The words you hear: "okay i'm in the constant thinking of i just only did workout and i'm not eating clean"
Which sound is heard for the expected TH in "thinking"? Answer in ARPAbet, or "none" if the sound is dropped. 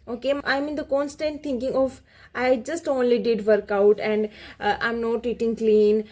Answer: T